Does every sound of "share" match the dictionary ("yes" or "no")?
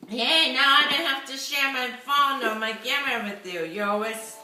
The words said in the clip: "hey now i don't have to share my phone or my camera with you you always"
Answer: yes